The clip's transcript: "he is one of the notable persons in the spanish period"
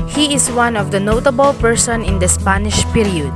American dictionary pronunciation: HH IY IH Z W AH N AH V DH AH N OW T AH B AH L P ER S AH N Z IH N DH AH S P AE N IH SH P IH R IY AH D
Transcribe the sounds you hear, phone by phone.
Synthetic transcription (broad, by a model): HH IY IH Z W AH N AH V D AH N OW T AH B AH L P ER S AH N IH N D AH S P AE N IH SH P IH R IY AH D